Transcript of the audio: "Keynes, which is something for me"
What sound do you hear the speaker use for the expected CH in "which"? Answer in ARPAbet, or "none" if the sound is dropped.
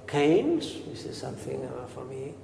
S